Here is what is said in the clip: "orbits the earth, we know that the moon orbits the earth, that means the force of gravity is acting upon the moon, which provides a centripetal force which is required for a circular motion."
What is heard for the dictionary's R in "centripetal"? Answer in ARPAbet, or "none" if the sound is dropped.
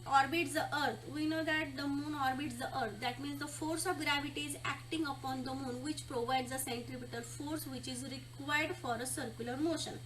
R